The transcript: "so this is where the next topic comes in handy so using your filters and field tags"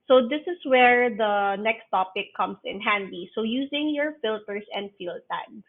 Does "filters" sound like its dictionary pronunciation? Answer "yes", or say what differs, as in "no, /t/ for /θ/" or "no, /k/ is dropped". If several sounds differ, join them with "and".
no, /s/ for /z/